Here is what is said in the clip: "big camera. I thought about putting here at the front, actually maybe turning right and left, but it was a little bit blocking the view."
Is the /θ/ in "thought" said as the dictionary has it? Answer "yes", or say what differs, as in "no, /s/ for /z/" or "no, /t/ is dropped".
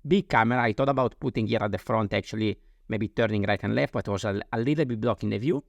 no, /t/ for /θ/